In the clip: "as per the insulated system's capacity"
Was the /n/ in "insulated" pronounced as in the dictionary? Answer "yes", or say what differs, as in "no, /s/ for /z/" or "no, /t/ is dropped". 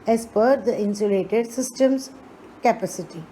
yes